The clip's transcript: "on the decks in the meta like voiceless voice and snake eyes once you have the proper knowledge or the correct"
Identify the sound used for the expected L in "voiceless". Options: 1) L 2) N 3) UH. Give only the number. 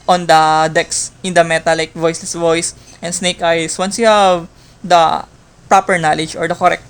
1